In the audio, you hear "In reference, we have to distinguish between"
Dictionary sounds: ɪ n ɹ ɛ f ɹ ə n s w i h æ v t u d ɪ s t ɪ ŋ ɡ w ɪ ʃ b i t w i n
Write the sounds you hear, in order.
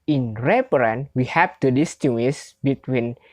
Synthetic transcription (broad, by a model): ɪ n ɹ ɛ p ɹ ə n w i h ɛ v t u d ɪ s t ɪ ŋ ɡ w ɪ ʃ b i t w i n